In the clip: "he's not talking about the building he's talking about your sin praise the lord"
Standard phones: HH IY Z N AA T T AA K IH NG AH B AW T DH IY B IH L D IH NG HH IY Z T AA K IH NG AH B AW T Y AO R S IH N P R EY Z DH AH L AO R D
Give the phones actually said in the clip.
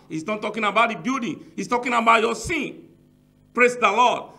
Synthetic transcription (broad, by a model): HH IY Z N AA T T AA K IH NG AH B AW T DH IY B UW D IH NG HH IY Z T AA K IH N AH B AW T Y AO S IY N P R EY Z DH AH L AO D